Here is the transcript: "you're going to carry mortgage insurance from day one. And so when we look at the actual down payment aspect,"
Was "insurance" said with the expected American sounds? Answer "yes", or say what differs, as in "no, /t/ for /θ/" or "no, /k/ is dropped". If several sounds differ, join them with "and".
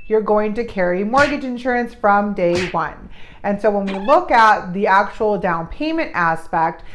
yes